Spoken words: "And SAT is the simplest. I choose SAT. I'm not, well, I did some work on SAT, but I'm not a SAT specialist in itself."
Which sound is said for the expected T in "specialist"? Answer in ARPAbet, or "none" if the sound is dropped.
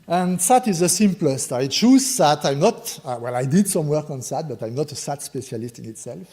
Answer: T